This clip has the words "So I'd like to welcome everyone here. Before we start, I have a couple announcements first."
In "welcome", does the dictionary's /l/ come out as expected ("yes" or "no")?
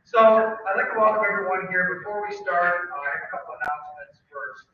no